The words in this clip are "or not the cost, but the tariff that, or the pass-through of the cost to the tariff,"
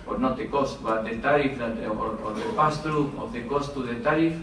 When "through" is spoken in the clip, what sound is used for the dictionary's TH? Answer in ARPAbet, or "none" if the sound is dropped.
T